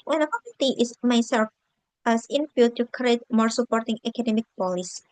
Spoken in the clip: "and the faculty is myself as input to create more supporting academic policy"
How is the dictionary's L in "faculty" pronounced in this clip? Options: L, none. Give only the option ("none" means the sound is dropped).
none